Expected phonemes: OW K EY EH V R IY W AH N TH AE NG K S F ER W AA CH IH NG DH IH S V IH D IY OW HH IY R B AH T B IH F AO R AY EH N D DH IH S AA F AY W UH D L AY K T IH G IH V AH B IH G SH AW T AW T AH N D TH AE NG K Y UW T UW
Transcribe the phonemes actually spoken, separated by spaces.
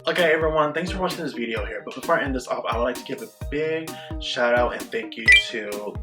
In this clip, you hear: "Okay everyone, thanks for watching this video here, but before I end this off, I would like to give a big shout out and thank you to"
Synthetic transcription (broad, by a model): OW K EY EH V R IY W AH N TH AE NG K S F ER W AA CH IH NG DH IH S V IH D IY OW HH IY R B AH T B IH F AO R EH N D DH IH S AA P AY W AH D L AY K T IH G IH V AH B IH G SH AW T AW T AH N TH AE NG K Y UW T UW